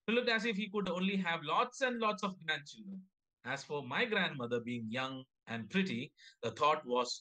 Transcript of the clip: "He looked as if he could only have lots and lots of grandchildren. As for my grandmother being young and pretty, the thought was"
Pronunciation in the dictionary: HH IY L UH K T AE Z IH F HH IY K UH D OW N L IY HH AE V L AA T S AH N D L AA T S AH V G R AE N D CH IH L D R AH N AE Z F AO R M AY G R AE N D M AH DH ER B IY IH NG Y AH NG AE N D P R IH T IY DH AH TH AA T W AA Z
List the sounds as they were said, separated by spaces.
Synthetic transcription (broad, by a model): L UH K AE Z IH F HH IY K UH D OW N L IY HH AE V L AA T S AH N D L AA T S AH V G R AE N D CH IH L D R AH N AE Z F AO R M AY G R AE N D M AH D ER B IY IH NG Y AH NG AE N D P R IH T IY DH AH T AA T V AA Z